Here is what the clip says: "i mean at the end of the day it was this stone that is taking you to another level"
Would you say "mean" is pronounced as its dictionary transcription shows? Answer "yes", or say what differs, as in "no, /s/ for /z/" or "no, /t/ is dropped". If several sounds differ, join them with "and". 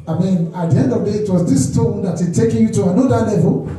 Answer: yes